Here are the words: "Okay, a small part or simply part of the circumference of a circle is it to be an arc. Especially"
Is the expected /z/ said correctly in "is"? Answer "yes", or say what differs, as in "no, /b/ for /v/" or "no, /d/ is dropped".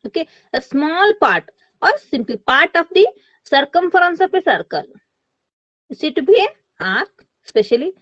no, /s/ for /z/